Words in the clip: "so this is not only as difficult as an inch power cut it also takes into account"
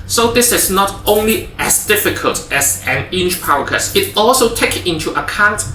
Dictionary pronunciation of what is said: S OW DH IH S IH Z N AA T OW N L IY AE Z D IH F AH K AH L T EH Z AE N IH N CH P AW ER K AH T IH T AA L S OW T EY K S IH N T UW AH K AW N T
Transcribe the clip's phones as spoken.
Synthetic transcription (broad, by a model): S OW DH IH S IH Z N AA T OW N L IY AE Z D IH F AH K AH L T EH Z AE N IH N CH P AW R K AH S IH T AA L S OW T EY K IH N T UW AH K AW N T